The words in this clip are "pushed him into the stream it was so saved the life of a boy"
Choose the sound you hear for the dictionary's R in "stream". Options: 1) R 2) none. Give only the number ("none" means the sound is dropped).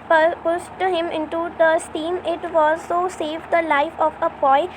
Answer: 2